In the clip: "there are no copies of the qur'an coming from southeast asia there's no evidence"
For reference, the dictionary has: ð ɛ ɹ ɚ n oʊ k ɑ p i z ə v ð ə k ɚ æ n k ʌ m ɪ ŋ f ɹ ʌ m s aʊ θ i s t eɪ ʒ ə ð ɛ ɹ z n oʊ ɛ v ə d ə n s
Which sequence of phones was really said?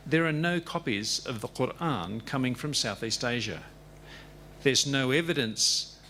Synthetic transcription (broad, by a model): ð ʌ ɹ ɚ n oʊ k ɑ p i z ə v ð ə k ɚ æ n k ʌ m ɪ ŋ f ɹ ʌ m s aʊ θ i s t eɪ ʒ ə ð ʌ ɹ z n oʊ ɛ v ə d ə n s